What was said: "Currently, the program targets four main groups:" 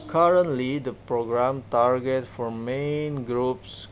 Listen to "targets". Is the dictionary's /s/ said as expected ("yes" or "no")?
no